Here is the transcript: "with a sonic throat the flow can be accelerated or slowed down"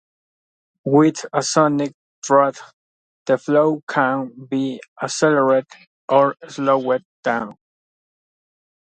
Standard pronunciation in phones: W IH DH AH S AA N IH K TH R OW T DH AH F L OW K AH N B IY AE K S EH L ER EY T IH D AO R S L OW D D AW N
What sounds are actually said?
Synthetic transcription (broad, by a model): W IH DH AH S AA N IH K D R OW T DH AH F L OW K AH N B IY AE S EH L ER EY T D AO R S L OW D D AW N